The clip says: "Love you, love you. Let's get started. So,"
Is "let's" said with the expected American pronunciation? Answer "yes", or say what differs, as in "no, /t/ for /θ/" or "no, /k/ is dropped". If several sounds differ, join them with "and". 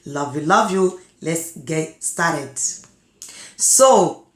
yes